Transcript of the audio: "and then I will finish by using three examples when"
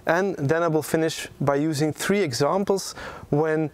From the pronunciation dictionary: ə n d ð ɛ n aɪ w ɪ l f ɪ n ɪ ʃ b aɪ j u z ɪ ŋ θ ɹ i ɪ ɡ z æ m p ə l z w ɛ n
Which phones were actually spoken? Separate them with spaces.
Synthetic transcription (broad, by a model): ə n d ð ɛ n aɪ w ɪ l f ɪ n ɪ ʃ b aɪ j u z ɪ ŋ θ ɹ i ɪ ɡ z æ m p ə l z w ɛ n